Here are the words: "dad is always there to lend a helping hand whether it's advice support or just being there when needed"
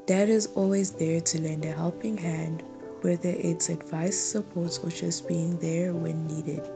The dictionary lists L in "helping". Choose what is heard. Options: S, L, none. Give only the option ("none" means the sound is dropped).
L